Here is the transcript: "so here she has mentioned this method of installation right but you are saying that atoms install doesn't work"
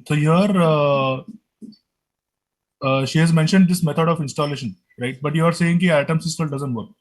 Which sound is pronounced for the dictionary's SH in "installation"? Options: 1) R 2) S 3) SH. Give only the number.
3